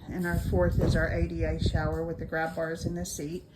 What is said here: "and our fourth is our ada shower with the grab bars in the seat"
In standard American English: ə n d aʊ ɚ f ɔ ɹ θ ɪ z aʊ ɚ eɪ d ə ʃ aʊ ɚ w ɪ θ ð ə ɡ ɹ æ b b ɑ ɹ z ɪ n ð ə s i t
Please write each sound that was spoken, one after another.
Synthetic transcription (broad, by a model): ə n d aʊ ɚ f ɔ ɹ θ ɪ z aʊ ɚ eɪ d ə ʃ aʊ ɚ w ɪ ð ə ɡ ɹ æ b b ɑ ɹ z ɪ n ð ə s i t